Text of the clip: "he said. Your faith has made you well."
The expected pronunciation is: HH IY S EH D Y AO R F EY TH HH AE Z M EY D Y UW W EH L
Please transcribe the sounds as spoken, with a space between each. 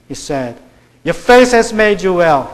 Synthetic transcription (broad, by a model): HH IY S EH D Y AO F EY S HH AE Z M EY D Y UW W EH L